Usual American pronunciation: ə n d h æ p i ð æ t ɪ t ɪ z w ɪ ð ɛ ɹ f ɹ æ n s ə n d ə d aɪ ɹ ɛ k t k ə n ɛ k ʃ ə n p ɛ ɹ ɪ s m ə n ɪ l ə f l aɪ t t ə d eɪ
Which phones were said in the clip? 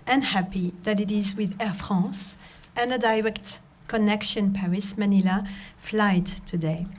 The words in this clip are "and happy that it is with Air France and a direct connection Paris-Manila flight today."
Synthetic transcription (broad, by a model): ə n h æ p i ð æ t ɪ t ɪ z w ɪ ð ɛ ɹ f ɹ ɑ s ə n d ə d aɪ ɹ ɛ k t k ə n ɛ k ʃ ə n p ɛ ɹ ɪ s m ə n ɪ l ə f l aɪ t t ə d eɪ